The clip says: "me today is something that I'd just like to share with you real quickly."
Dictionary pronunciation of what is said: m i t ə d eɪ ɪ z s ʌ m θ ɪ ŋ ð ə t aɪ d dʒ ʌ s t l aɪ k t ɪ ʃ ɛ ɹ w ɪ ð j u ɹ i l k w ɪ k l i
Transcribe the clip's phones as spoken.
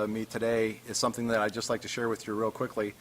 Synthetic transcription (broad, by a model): m i t ə d eɪ ɪ z s ʌ m θ ɪ ŋ ð ə t aɪ dʒ ʌ s t l aɪ k t ɪ ʃ ɛ ɹ w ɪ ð j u ɹ i l k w ɪ k l i